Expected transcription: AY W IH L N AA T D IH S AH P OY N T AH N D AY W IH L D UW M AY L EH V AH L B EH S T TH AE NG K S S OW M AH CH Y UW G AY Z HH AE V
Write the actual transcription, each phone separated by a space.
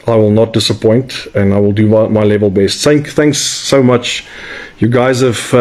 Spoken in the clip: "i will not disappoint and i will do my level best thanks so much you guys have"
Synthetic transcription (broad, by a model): AY W IH L N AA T D IH S AH P OY N T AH N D AY W IH L D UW M AY L EH V AH L B EH S T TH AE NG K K S OW M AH CH Y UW G AY Z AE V